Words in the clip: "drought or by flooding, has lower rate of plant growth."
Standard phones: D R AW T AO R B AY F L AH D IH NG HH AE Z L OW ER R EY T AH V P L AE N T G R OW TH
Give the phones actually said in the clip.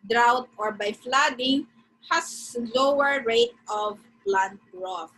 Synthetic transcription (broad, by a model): D R AW T AO R B AY F L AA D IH NG HH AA S L OW ER R EY T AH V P L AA N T R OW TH